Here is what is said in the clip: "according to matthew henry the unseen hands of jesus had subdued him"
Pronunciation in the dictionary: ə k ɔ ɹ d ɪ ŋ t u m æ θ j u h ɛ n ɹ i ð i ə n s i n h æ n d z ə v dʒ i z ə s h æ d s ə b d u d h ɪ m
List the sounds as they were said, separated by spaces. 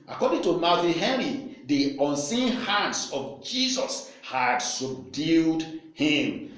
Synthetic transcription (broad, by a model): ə k ɔ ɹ d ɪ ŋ t u m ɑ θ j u h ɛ ɹ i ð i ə n s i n h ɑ n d s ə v dʒ i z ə s h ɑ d s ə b d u d h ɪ m